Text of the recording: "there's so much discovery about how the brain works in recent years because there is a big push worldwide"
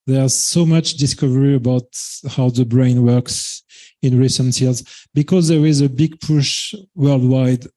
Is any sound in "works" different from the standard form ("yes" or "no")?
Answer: no